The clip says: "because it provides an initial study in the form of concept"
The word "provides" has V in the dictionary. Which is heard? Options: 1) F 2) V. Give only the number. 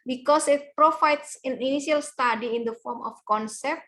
1